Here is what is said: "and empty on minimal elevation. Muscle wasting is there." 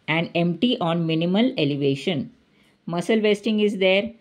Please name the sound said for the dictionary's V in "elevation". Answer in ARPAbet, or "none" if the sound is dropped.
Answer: V